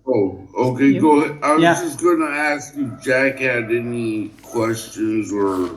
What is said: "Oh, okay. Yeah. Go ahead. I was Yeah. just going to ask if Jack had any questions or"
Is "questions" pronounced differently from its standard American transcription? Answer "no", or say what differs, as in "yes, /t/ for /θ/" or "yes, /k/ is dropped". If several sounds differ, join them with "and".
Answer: no